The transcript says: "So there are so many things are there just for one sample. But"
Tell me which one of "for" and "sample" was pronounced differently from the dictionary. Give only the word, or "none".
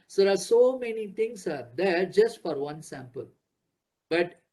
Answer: none